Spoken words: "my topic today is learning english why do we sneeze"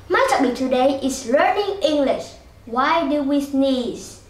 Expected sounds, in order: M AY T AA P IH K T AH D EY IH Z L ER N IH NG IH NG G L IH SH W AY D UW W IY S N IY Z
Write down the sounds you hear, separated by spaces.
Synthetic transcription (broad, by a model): M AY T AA B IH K T AH D EY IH S L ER N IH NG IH NG G L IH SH W AY D UW W IY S N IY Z